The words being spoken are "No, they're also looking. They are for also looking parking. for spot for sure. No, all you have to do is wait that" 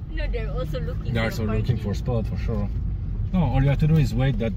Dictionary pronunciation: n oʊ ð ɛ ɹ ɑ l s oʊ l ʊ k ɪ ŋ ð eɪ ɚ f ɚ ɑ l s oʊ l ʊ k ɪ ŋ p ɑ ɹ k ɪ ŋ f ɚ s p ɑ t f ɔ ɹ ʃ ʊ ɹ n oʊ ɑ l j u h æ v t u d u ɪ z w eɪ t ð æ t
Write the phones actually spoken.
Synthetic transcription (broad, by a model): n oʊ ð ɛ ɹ ɑ l s oʊ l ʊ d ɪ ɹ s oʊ l ʊ k ɪ ŋ f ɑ ɹ s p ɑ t f ɔ ɹ ʃ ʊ ɹ n oʊ ɑ l j u h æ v t u d u ɪ z w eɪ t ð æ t